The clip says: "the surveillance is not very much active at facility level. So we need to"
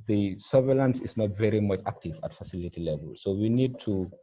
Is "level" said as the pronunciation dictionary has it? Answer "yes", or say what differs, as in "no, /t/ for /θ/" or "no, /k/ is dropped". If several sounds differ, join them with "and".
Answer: yes